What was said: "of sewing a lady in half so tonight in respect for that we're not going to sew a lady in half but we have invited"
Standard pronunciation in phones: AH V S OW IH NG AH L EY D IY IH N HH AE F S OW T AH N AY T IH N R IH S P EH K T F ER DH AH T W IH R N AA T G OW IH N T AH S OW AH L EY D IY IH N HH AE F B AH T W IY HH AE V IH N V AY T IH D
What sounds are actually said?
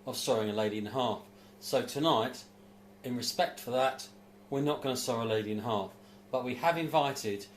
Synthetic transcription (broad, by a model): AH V S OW IH NG AH L EY D IY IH N HH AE F S OW T AH N AY T IH N R IH S P EH K T F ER DH AH T W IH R N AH T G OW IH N S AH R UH AH L EY D IY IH N HH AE F B AH T W IY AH V IH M V AY T IH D